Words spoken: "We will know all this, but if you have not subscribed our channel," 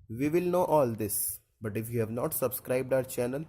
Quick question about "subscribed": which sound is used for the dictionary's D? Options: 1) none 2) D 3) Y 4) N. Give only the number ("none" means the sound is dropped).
2